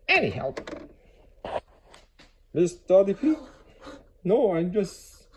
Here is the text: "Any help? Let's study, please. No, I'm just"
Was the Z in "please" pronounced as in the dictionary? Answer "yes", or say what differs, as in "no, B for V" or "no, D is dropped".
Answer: no, Z is dropped